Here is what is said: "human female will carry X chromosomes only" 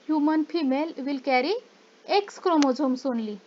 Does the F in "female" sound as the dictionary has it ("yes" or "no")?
no